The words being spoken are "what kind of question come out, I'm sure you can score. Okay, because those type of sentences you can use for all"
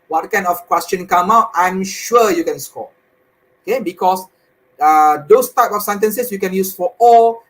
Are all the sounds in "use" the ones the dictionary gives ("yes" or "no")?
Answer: yes